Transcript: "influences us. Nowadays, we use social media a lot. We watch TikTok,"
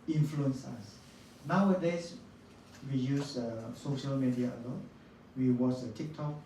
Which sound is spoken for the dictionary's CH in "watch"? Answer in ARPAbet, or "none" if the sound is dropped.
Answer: S